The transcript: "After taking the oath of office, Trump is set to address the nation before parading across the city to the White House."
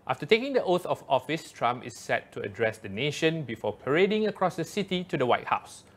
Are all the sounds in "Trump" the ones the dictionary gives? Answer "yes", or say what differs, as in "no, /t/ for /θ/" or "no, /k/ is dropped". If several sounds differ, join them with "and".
no, /p/ is dropped